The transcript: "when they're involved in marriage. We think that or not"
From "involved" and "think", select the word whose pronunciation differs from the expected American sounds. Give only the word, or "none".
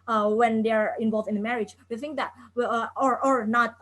none